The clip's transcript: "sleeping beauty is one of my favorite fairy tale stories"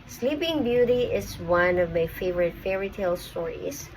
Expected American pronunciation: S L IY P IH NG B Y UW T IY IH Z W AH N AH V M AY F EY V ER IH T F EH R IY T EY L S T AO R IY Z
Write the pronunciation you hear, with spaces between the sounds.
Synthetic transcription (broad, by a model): S L IY P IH NG B Y UW T IY IH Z W AH N AH V M AY F EY V ER IH T F EH R IY T EY L S T AO R IY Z